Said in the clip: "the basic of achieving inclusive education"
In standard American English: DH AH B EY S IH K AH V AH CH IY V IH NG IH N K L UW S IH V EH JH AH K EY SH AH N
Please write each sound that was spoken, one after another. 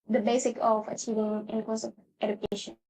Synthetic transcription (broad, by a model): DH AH B EY S IH K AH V AH CH IY V IH NG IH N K UW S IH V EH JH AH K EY SH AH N